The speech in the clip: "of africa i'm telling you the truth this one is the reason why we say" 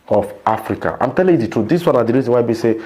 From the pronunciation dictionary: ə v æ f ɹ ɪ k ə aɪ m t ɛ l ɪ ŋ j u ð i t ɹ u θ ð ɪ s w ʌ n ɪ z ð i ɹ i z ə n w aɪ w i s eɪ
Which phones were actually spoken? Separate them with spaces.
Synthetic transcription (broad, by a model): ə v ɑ f ɹ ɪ k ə aɪ m t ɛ l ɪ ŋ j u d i t u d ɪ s w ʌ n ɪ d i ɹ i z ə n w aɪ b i s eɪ